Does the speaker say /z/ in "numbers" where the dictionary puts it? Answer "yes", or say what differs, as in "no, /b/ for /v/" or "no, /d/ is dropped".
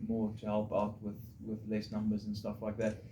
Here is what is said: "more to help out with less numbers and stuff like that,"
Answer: yes